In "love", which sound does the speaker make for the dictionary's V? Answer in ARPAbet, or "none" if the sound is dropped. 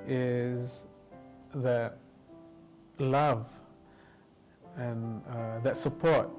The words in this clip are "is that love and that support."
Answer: V